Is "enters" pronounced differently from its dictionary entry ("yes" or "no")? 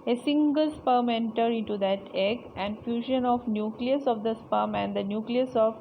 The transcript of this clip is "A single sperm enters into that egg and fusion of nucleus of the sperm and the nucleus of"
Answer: yes